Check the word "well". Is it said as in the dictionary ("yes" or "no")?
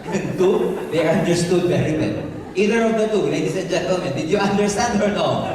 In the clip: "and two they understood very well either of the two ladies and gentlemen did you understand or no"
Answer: no